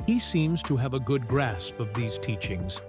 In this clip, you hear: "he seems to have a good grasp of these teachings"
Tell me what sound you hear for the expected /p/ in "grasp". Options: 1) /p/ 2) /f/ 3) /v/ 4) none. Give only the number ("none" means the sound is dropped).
1